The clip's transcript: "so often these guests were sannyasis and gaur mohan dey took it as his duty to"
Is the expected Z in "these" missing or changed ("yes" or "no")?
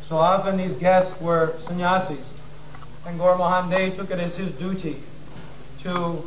no